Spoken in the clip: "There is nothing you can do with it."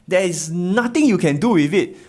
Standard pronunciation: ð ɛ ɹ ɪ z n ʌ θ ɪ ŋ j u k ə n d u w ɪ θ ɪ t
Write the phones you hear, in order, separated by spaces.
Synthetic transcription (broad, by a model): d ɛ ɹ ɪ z n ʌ t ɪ ŋ j u k ə n d u w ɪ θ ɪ t